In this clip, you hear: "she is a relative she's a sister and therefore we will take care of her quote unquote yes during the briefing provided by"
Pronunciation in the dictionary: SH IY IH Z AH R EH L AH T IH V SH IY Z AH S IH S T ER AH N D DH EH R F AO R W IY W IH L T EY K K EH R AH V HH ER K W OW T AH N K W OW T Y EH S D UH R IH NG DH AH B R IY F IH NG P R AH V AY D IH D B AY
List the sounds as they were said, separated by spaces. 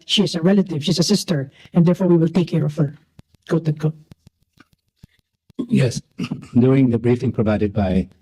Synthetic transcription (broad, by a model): SH IY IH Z AH R EH L AH T IH V SH IY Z AH S IH S T ER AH N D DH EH R F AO R W IY W IH L T EY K K EH R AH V HH ER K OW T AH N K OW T Y EH S D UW IH NG DH AH B R IY F IH NG P R AH V AY D IH D B AY